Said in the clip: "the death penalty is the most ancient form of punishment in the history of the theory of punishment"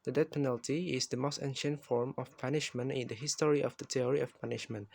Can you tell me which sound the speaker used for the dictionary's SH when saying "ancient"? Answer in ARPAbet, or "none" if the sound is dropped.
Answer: SH